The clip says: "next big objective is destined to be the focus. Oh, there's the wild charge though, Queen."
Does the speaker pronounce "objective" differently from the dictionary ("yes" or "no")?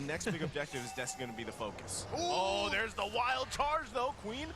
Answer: no